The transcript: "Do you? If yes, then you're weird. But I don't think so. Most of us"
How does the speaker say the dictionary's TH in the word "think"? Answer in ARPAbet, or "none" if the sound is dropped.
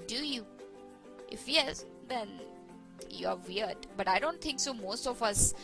T